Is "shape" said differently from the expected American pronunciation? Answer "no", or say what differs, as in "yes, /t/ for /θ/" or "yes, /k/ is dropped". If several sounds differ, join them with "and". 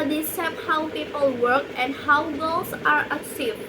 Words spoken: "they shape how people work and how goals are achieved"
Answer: yes, /s/ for /ʃ/